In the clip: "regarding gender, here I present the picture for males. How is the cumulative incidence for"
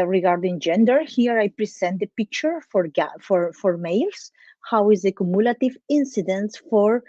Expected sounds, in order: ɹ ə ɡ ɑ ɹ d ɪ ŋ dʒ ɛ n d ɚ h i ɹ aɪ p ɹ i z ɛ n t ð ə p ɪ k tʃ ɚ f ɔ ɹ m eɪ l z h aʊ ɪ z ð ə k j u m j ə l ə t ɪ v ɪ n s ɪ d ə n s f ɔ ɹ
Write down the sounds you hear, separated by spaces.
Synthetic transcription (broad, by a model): ɹ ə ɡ ɑ ɹ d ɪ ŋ dʒ ɛ n d ɚ h i ɹ aɪ p ɹ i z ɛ n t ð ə p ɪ k tʃ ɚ f ɔ ɹ m eɪ l s h aʊ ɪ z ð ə k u m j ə l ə t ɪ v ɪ n s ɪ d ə n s f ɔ ɹ